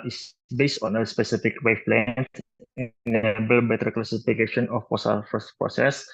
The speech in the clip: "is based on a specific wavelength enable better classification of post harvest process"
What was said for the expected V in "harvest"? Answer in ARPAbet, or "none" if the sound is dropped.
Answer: none